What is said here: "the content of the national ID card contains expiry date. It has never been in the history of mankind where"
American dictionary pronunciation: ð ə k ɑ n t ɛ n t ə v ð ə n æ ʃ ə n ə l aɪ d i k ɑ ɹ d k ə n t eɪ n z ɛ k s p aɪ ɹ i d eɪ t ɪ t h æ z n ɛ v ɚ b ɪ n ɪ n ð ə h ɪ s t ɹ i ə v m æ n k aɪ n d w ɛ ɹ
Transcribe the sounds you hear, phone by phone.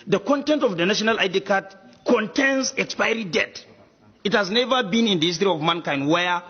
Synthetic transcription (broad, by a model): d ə k ɑ n t ɛ n t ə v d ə n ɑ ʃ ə n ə l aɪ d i k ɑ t k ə n t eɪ n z ɛ k s p aɪ ɹ i d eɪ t ɪ t h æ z n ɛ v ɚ b ɪ n ɪ n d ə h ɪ s t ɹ i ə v m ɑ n k aɪ n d w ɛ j